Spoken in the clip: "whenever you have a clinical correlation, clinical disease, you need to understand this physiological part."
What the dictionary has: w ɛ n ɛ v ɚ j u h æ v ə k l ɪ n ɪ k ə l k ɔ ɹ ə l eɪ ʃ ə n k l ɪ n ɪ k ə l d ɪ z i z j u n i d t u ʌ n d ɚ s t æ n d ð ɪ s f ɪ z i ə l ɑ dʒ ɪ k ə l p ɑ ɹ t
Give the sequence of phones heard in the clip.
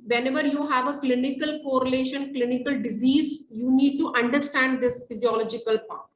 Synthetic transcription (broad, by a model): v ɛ n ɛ v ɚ j u h æ v ə k l ɪ n ɪ k ə l k ɔ ɹ ə l eɪ ʃ ə n k l ɪ n ɪ k ə l d ɪ z i z j u n i d t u ʌ n d ɚ s t æ n d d ɪ s f ɪ z i ə l ɑ dʒ ɪ k ə l p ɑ ɹ t